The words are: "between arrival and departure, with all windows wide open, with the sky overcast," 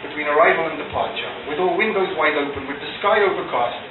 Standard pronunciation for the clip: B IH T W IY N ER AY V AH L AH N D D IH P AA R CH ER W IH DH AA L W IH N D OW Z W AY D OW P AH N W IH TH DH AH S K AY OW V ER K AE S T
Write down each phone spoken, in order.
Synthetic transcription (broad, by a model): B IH T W IY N ER AY V AH L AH N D D IH P AA R CH ER W IH DH AA L W IH N D OW Z W AY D OW P AH N W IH DH AH S K AY OW V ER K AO S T